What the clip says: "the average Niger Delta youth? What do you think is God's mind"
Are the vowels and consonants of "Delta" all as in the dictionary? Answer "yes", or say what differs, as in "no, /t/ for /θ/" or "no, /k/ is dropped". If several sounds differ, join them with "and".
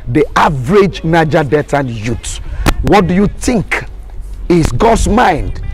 no, /l/ is dropped